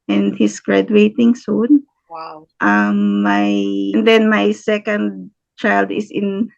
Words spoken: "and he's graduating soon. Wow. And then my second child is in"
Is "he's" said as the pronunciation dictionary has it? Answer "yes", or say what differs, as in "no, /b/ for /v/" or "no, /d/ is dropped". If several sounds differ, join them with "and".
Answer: no, /s/ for /z/